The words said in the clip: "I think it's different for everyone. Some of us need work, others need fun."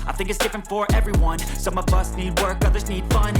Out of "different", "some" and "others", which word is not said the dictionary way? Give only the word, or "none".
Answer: none